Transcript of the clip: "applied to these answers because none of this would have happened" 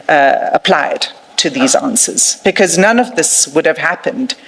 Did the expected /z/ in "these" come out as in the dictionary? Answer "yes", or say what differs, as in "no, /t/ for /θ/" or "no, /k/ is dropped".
yes